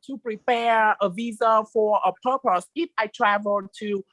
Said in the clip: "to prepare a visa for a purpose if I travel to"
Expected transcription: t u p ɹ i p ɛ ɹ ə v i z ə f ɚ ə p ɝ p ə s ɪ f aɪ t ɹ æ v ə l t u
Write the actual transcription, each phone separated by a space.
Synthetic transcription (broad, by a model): t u p ɹ i p ɛ ɹ ə v i z ə f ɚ ə p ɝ p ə s ɪ f aɪ t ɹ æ v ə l t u